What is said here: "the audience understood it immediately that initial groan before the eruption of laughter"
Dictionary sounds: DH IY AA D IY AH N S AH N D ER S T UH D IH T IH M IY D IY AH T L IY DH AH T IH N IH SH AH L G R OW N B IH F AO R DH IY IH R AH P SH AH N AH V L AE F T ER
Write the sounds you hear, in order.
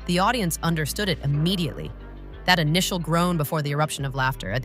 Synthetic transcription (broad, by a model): DH IY AA D IY AH N S AH N D ER S T UH D IH T IH M IY D IY AH T L IY DH AH T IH N IH SH L G R OW N B IH F AO R DH IY IH R AH P SH AH N AH V L AE F T ER